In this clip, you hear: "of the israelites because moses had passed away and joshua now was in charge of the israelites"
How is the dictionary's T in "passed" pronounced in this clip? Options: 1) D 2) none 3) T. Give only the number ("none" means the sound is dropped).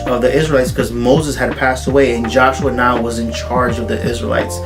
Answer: 3